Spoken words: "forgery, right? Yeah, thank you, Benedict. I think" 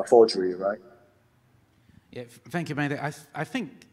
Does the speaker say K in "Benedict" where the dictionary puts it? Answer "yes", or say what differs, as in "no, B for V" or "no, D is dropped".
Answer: no, K is dropped